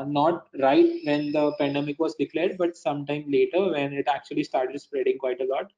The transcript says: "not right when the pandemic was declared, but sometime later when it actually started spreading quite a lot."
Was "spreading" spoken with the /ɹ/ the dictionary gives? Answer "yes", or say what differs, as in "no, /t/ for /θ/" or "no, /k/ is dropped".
yes